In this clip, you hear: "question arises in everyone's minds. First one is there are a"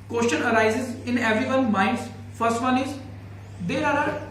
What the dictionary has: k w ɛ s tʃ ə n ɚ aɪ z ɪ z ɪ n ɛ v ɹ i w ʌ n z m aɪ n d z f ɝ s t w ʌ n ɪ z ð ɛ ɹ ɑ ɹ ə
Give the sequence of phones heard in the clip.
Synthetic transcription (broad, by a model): k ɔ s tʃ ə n ɚ aɪ z ɪ z ɪ n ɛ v ɹ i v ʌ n m aɪ n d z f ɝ s t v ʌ n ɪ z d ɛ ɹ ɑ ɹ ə